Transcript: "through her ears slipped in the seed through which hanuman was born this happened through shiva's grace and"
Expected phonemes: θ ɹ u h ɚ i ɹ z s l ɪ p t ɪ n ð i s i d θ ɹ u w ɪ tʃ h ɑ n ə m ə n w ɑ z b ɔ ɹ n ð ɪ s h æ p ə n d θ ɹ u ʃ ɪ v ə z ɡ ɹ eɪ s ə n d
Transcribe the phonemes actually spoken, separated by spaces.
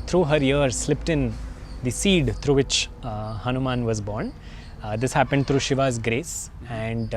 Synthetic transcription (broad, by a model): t ɹ u h ɚ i ɹ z s l ɪ p t ɪ n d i s i d t ɹ u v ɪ tʃ h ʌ n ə m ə n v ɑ z b ɔ ɹ n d ɪ s h æ p ə n d t ɹ u ʃ ɪ v ə z ɡ ɹ eɪ s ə n d